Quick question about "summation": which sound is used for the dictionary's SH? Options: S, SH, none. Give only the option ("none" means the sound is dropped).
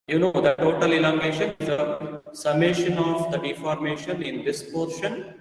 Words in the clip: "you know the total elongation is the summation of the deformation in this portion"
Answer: SH